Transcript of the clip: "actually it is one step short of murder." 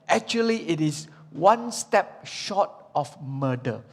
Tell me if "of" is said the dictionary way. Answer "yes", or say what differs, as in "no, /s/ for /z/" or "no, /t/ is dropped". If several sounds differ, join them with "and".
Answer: no, /f/ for /v/